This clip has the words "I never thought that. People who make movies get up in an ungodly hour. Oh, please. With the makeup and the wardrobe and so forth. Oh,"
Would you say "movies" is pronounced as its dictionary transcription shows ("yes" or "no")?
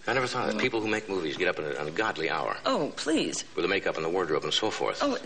yes